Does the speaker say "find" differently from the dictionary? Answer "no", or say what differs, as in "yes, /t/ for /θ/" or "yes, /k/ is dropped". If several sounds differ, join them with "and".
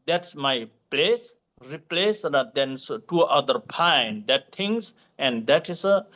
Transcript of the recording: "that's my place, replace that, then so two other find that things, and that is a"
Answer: yes, /p/ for /f/